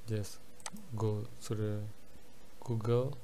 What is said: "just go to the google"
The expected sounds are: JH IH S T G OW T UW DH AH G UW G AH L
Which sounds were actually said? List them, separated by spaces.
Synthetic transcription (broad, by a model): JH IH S G OW S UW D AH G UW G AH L